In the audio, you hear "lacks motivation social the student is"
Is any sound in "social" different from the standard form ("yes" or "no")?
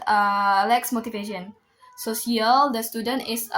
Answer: yes